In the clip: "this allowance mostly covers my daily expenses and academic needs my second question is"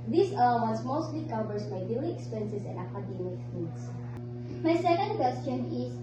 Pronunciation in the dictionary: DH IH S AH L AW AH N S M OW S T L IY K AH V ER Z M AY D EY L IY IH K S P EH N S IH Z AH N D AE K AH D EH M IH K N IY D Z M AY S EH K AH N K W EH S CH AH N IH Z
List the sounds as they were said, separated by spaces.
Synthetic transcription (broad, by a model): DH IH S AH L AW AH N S M OW S T L IY K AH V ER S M AY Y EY IY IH K S P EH N S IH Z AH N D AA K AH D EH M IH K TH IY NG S M AY S EH K AH N K W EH S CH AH N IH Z